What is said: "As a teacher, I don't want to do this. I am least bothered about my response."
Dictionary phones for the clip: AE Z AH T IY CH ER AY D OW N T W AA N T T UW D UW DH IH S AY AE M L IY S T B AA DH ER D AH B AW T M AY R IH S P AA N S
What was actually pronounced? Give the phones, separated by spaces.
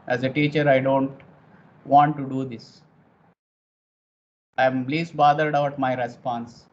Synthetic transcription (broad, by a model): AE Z AH T IY CH ER AY D OW N T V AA N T T UW D UW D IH S AY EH M L IY S T B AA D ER D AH UH T M AY R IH S P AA N S